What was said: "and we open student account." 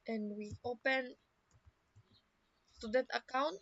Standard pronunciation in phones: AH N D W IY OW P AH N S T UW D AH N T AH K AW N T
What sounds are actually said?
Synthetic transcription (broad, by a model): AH N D W IY OW P AH N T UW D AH T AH K AW N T